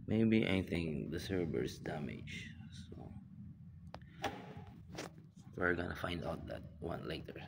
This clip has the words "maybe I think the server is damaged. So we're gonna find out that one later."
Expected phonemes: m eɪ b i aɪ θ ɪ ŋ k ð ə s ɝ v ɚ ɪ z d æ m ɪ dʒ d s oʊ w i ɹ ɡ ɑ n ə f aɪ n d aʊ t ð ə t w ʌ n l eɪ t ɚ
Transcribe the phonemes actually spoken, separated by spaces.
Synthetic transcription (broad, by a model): m eɪ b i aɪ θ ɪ ŋ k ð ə s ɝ b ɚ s d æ m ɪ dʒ s oʊ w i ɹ ɡ ɑ n ə f aɪ n d aʊ t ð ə t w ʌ n l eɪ t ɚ